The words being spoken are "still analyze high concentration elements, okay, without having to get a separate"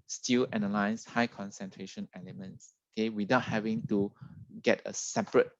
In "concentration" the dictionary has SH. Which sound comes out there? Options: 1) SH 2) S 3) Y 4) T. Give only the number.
1